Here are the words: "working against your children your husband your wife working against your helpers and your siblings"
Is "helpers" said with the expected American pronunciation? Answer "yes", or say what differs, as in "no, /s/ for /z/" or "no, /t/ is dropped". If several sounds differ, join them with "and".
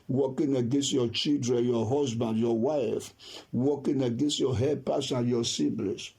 no, /l/ is dropped and /s/ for /z/